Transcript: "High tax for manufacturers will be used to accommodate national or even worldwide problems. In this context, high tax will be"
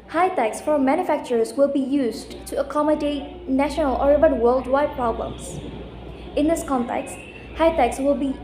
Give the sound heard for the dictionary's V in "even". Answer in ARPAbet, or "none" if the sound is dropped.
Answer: B